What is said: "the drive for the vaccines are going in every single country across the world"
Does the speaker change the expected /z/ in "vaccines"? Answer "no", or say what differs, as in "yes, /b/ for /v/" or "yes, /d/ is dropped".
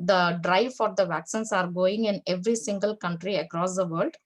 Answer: yes, /s/ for /z/